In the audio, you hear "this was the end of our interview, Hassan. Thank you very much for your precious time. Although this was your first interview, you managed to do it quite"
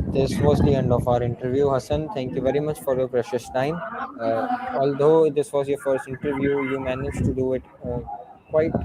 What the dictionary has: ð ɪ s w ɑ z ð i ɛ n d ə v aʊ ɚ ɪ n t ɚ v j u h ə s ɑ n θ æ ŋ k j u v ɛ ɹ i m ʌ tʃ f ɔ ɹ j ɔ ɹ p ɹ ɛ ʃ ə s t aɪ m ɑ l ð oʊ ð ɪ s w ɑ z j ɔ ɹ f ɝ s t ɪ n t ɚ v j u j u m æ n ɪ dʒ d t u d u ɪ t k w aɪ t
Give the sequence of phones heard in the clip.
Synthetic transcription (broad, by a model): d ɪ s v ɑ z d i ɛ n d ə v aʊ ɚ ɪ n t ɚ v j u h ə s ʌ n t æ ŋ k j u v ɛ ɹ i m ʌ tʃ f ɔ ɹ j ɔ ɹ p ɹ ɛ ʃ ə s t aɪ m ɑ l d oʊ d ɪ s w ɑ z j ɔ ɹ f ɝ s t ɪ n t ɚ v j u j u m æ n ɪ dʒ t u d u ɪ t k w aɪ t